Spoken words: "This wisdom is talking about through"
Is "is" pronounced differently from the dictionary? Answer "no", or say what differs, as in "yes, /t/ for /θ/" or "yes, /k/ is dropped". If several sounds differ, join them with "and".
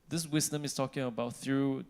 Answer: yes, /s/ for /z/